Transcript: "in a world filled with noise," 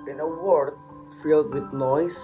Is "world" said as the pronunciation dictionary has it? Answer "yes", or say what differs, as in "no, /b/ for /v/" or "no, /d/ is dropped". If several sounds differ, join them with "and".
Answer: no, /l/ is dropped